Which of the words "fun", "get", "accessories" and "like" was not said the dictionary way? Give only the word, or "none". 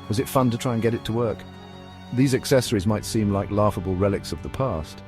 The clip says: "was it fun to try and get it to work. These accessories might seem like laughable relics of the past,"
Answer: none